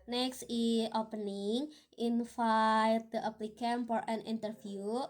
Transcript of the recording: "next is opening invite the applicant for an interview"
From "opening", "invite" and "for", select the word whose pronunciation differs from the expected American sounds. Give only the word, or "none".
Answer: invite